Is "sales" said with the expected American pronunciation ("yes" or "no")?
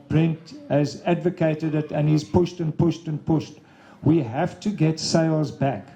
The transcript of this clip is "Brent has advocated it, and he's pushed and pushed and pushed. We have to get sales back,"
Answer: yes